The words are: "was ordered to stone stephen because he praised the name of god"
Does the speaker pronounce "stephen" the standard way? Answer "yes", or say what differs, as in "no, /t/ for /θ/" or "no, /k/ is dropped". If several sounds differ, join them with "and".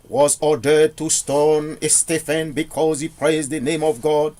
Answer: no, /f/ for /v/